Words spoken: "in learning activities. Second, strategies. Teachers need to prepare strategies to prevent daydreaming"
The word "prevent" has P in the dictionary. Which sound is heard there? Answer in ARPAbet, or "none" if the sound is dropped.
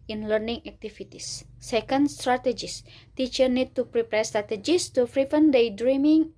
F